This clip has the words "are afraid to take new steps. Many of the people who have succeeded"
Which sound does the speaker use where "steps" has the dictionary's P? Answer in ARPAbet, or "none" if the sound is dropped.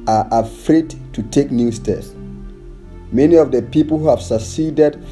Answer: none